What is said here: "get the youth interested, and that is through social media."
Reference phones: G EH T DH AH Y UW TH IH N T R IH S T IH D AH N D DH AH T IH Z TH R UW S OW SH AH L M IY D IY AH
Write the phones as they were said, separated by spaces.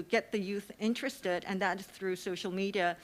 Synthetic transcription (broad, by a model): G EH T DH AH Y UW TH IH N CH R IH S T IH D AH N DH AH T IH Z TH R UW S OW SH L M IY D IY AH